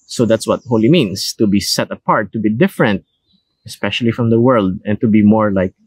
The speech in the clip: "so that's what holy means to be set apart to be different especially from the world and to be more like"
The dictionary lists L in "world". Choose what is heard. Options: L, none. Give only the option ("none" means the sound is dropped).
L